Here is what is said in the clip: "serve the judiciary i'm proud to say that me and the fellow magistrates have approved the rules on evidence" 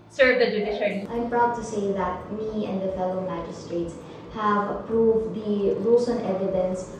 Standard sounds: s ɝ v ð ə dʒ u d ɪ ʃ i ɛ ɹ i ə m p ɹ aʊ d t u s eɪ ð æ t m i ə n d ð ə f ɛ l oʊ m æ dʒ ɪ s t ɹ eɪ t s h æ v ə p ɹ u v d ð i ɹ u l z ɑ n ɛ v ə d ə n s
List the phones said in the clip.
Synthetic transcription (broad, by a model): s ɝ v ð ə dʒ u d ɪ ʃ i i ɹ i ə m p ɹ aʊ d t u s eɪ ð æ t m i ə n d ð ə f ɛ l oʊ m æ dʒ ɪ s t ɹ eɪ t s h æ v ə p ɹ u v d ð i l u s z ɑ n ɛ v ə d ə n s